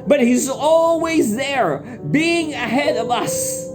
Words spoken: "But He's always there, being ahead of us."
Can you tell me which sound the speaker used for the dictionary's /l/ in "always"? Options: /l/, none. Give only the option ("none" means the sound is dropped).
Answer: /l/